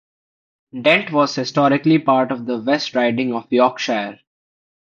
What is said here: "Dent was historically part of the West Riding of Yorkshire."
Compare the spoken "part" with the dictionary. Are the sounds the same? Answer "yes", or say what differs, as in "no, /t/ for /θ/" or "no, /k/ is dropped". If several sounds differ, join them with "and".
yes